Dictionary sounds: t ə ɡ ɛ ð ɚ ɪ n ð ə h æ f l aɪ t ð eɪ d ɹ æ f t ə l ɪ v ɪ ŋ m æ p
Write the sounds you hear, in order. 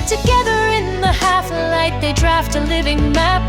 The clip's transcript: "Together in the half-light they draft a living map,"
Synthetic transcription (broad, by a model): t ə ɡ ɛ ð ɚ ɪ n ð ə h æ f l aɪ t ð eɪ d ɹ æ f t ə l ɪ v ɪ ŋ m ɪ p